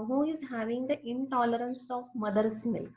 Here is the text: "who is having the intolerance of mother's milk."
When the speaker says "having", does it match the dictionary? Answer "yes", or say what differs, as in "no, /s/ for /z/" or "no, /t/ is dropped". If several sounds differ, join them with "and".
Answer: yes